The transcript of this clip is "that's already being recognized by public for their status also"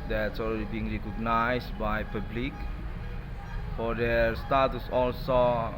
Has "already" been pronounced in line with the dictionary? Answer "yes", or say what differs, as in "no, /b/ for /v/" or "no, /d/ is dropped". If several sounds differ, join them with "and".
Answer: no, /l/ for /ɹ/